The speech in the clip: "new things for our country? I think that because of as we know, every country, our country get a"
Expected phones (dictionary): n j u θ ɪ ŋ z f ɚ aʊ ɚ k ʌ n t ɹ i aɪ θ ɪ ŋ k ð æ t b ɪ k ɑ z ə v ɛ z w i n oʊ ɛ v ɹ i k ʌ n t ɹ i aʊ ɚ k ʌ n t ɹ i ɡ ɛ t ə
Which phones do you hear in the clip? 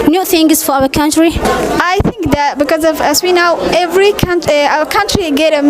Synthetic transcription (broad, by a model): n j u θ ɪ ŋ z f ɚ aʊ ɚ k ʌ n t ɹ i aɪ θ ɪ ŋ k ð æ t b ɪ k ɑ z ə v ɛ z w i n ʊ ɛ v ɹ i k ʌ n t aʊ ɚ k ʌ n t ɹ i ɡ ɛ t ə